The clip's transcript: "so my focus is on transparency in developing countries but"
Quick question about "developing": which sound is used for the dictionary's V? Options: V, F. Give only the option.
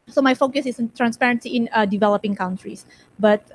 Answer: V